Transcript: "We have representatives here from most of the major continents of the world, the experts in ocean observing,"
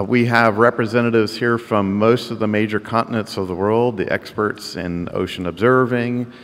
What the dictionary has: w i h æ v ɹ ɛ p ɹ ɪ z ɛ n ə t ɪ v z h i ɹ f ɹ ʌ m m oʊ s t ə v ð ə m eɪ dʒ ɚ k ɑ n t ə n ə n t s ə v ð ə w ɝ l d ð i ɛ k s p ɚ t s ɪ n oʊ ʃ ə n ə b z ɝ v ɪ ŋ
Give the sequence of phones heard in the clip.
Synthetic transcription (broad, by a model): w i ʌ v ɹ ɛ p ɹ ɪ z ɛ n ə t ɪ v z h i ɹ f ɹ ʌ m m oʊ s t ə v ð ə m eɪ dʒ ɚ k ɑ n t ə n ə n t s ə v ð ə w ɝ l d ð i ɛ k s p ɚ t s ɪ n oʊ ʃ ə n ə b z ɝ v ɪ ŋ